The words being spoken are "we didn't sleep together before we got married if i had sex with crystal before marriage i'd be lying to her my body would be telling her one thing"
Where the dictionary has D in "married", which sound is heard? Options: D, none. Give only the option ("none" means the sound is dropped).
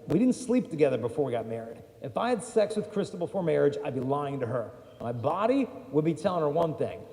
D